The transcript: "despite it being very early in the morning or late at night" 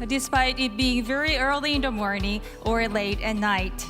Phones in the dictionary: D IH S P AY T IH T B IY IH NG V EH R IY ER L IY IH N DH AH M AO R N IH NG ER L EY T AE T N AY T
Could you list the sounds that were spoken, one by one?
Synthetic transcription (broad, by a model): D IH S P AY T IH T B IY IH NG V EH R IY ER L IY IH N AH M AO R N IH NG ER L EY T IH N AY T